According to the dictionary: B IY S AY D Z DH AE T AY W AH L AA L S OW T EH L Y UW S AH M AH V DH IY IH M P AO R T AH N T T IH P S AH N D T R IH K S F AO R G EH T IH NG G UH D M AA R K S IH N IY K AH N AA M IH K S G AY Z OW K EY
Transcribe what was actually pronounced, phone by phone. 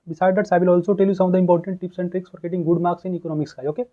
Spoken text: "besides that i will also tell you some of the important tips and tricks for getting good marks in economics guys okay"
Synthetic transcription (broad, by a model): B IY S AY D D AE T AY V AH L AA L S OW T EH L Y UW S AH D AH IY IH M P AO R T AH N T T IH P S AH N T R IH K S F AO R G EH T IH NG G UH D M AA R K S IH N IY K AH N AA M IH K S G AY OW K EY